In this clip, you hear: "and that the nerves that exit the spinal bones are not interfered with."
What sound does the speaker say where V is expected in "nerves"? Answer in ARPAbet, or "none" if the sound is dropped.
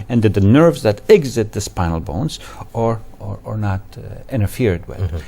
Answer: V